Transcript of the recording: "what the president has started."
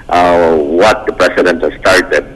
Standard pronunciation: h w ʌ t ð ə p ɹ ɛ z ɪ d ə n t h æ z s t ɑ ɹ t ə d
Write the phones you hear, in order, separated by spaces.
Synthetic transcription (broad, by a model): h w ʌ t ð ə p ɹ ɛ s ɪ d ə n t h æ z s t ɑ ɹ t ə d